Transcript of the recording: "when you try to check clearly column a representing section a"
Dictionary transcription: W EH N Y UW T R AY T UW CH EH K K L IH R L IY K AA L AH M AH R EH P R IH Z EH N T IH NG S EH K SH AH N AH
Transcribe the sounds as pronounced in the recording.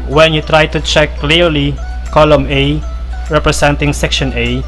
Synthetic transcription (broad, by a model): W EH N Y UW T R AY T UW CH EH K K L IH R L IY K AA L AH M AH R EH P R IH S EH N T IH NG S EH K SH AH N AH